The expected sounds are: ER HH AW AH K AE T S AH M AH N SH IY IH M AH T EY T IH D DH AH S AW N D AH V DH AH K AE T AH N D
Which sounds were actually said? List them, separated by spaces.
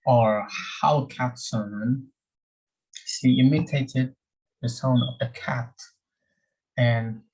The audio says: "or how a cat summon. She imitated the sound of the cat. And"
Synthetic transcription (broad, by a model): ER HH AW AH K AE T S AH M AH N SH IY IH M AH T EY T IH D DH AH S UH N AH V DH AH K AE T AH N